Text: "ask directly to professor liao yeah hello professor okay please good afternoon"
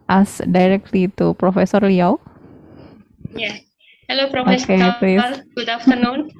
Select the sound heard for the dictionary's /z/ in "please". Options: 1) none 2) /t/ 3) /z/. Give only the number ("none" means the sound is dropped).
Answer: 1